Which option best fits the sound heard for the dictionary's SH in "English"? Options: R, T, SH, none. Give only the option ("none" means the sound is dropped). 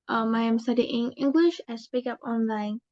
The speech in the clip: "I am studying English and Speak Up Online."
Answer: SH